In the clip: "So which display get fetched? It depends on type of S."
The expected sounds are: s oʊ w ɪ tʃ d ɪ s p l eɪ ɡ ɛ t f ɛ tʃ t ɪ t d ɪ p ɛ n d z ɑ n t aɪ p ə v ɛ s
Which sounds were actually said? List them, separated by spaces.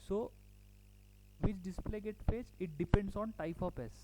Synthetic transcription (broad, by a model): s oʊ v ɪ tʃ d ɪ s p l eɪ ɡ ɛ t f ɛ s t ɪ t d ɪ p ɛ n d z ɑ n t aɪ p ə p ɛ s